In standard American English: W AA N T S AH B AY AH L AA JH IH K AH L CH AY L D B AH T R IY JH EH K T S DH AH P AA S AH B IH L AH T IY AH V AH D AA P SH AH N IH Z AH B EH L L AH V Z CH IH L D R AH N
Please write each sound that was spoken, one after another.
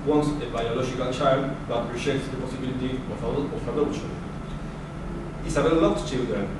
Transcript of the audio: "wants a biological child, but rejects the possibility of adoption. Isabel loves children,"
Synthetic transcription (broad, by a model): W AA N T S AH B AY AH L AA JH IH K AH L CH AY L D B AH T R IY SH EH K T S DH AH P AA S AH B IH L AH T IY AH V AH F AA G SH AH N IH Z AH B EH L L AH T CH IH L D R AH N